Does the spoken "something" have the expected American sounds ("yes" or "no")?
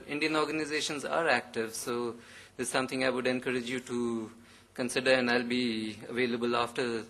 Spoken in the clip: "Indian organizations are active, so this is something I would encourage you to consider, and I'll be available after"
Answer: no